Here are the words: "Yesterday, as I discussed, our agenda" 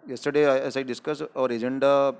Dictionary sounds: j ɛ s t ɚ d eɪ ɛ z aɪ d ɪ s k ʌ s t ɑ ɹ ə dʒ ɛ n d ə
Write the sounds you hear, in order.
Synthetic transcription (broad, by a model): j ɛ s t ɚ d eɪ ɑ s aɪ d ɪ s k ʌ s ɑ ɹ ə dʒ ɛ n d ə